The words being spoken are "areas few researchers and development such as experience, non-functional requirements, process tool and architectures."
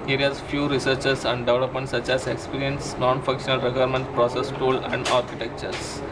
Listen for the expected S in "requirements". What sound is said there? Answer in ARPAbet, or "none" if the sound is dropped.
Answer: none